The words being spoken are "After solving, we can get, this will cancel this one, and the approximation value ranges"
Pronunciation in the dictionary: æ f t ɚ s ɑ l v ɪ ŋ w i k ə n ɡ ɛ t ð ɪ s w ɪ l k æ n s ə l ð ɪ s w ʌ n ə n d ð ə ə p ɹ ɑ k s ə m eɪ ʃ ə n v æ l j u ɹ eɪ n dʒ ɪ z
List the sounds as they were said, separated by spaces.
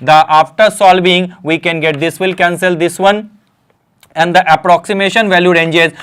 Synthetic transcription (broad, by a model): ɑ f t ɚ s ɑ l b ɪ ŋ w i k ə n ɡ ɛ t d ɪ s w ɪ l k æ n s ə l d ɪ s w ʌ n ə n d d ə ə p ɹ ɑ k s ə m eɪ ʃ ə n v æ l j u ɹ eɪ n dʒ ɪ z